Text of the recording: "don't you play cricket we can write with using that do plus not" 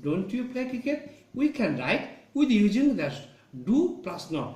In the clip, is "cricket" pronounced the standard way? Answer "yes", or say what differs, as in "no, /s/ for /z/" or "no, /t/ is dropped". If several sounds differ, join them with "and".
no, /ɹ/ is dropped